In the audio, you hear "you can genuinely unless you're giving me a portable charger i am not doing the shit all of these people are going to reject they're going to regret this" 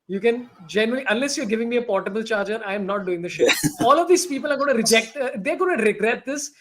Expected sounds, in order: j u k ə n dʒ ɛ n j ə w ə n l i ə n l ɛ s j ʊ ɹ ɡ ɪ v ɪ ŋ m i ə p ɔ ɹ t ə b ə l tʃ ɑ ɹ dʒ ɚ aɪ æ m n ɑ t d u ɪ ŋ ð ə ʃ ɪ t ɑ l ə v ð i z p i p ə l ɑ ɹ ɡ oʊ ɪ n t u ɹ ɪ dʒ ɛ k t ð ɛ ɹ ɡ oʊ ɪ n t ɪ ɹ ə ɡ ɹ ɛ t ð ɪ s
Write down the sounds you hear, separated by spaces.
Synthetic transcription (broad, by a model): j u k ə n dʒ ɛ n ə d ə l i ə n l ɛ s j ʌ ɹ ɡ ɪ v ɪ ŋ m i ə p ɔ ɹ t ə b ə l tʃ ɑ ɹ dʒ ɚ aɪ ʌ m n ɑ t d u ɪ ŋ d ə ʃ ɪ ɑ l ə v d i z p i p ə l ɑ ɹ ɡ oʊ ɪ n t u ɹ ɪ dʒ ɛ k t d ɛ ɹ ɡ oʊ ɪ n t ɪ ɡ ɹ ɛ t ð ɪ s